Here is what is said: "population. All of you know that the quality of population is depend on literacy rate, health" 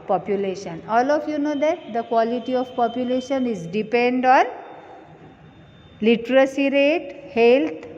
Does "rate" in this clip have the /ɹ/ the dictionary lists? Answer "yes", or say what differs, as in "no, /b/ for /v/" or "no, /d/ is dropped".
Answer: yes